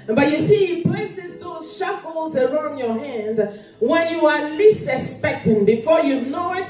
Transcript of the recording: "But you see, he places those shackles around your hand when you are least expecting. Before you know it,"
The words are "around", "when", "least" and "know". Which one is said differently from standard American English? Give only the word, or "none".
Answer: least